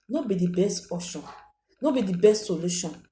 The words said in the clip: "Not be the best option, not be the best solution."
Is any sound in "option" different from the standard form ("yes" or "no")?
yes